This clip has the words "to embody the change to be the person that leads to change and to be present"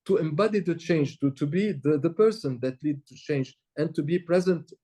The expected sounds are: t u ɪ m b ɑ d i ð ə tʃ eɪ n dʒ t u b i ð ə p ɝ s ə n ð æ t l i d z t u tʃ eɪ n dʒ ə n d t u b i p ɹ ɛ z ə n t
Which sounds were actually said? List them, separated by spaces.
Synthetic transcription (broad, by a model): t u ɪ m b ɑ d i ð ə tʃ eɪ n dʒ t u b i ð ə p ɝ s ə n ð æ t l i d t u tʃ eɪ n dʒ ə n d t u b i p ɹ ɛ z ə n t